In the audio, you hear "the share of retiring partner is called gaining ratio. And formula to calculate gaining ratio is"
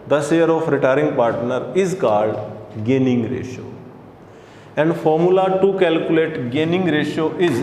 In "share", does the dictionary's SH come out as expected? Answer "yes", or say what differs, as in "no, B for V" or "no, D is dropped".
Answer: no, S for SH